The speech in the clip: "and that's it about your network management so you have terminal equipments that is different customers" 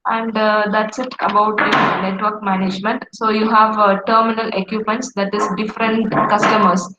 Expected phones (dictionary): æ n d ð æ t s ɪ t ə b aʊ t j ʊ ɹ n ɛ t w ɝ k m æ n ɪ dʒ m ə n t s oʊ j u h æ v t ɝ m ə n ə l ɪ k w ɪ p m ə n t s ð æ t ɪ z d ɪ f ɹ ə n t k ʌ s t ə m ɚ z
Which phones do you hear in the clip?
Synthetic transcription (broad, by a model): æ n d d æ t s ɪ t ə b aʊ t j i n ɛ t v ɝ k m æ n ɪ dʒ m ə n t s oʊ j u h æ v t ɝ m ə n ə l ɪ k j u p m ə n t s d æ t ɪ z d ɪ f ɹ ə n t k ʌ s t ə m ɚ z